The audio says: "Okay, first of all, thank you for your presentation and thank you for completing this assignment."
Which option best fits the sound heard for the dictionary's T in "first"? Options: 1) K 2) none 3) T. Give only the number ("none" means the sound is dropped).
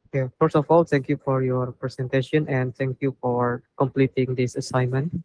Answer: 2